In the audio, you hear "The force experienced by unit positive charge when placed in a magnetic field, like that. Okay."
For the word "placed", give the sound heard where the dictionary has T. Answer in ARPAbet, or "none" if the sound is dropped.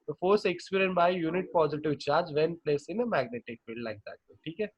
none